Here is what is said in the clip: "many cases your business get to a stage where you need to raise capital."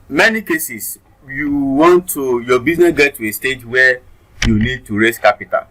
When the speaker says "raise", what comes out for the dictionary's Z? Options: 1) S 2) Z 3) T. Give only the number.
1